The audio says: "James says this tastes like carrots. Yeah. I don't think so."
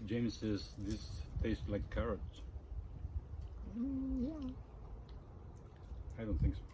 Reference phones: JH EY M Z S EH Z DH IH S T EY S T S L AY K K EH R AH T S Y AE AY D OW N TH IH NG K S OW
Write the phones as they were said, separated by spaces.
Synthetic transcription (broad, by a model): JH EY M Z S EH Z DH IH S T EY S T L AY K K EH R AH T Y AE AY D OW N TH IH NG K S